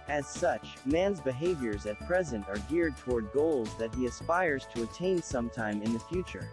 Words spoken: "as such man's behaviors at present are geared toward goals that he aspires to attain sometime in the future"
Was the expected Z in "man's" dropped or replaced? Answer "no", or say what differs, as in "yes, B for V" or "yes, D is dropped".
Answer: no